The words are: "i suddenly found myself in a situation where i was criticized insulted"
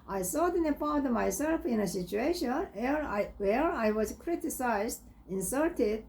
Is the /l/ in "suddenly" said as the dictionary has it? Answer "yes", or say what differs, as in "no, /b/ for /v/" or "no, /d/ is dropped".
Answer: no, /l/ is dropped